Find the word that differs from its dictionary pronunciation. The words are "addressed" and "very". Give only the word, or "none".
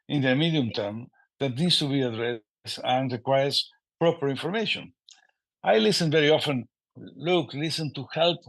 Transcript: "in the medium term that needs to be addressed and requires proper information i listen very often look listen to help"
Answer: addressed